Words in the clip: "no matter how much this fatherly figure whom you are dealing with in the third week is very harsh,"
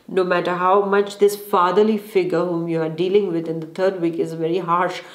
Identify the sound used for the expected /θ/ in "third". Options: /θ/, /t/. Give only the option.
/t/